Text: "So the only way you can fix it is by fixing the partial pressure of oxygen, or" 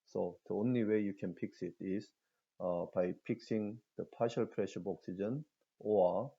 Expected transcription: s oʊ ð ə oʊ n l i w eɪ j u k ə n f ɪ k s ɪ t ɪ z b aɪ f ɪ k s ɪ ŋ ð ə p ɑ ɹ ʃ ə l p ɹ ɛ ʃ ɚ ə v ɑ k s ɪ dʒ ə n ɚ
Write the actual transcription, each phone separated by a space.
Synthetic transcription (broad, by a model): s oʊ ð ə oʊ n l i w eɪ j u k ə n p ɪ k s ɪ t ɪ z b aɪ p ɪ k s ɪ ŋ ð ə p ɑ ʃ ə l p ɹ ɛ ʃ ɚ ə b ɑ k s ɪ dʒ ə n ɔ